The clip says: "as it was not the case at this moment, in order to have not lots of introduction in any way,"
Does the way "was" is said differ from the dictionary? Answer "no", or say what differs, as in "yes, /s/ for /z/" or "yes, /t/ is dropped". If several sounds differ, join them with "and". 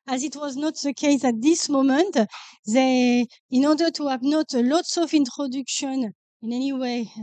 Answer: no